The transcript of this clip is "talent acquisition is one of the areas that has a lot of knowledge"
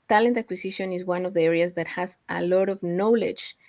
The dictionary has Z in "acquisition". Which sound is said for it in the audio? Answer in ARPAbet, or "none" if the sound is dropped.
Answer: S